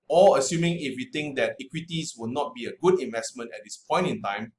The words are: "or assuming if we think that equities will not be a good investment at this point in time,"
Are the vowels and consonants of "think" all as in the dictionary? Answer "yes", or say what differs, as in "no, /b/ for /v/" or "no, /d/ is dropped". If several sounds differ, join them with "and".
no, /t/ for /θ/